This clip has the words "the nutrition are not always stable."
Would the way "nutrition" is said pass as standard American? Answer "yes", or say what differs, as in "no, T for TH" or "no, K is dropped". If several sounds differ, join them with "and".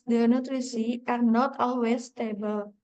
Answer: no, S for SH and N is dropped